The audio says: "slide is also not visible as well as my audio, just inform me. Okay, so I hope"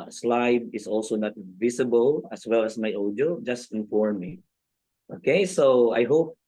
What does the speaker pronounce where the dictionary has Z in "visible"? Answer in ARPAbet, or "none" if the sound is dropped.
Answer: S